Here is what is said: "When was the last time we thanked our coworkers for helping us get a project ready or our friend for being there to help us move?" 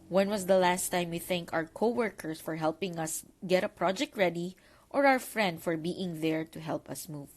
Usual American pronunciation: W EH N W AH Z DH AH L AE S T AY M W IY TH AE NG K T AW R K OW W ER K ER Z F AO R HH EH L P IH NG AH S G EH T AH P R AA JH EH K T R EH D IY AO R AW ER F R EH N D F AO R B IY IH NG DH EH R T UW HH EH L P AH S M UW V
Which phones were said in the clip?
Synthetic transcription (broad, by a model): W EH N W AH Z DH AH L AE S T AY M W IY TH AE NG K AW R K OW W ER K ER S F AO R HH EH L P IH NG AH S G EH T AH P R AA JH EH K T R EH D IY AO R AW ER F R EH N D F AO R B IY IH NG DH EH R T UW HH EH L P AH S M UW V